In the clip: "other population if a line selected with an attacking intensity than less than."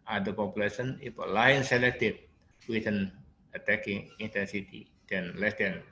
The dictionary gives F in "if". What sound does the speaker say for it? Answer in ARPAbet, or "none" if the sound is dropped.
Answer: P